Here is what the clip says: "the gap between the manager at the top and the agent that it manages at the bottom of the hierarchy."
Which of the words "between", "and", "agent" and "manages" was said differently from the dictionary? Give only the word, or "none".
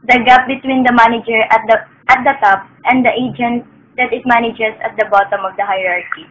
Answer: manages